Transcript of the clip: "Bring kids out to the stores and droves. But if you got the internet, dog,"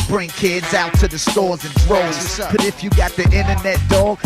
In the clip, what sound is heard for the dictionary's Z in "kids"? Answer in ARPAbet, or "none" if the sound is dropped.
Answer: Z